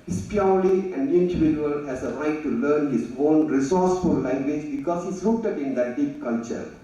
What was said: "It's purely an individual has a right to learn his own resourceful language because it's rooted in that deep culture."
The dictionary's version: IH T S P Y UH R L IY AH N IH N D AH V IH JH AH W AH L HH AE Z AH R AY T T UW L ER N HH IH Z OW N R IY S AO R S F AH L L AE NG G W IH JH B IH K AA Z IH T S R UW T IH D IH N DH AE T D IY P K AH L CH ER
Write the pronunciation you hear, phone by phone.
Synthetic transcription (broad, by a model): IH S P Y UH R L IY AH N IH N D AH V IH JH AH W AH L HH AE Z AH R AY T T UW L ER N HH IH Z OW N R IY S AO R S F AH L L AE NG G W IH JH B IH K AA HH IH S L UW T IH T IH N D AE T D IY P K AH L CH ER